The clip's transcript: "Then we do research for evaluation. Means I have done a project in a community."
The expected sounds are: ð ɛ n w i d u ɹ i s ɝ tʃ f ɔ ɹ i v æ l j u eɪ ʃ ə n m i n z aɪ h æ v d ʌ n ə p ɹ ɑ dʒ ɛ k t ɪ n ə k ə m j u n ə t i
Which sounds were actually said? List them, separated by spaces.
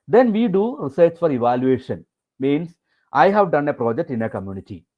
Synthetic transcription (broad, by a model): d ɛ n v i d u ɹ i s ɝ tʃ f ɔ ɹ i v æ l j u eɪ ʃ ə n m i n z aɪ h æ v d ʌ n ə p ɹ ɑ dʒ ɛ k t ɪ n ə k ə m j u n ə t i